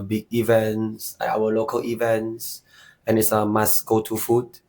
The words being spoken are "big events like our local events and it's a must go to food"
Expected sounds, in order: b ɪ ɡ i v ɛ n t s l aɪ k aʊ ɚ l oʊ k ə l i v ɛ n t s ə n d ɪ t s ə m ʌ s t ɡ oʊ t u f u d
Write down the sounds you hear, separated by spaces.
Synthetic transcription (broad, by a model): b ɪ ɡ i v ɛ n s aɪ aʊ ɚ l oʊ k ə l i v ɛ n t s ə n ɪ t s ə m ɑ s ɡ oʊ t u f u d